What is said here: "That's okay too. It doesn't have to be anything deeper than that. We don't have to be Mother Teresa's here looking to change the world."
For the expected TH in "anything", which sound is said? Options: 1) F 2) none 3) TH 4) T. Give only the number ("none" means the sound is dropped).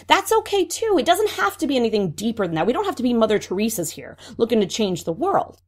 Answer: 3